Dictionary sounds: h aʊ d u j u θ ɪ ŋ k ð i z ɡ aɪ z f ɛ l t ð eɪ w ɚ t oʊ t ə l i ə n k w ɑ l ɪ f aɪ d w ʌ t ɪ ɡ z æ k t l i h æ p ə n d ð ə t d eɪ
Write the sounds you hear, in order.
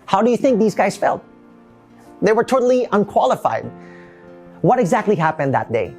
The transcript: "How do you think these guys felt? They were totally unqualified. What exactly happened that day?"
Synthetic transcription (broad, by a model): h aʊ d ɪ j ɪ θ ɪ ŋ k ð i z ɡ aɪ z f ɛ l t ð eɪ w ɚ t oʊ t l i ə n k w ɑ l ɪ f aɪ d w ʌ t ɪ ɡ z æ k t l i h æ p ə n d ð ə t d eɪ